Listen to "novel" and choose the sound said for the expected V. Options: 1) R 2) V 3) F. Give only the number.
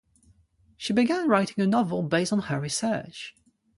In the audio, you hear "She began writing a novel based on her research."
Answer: 2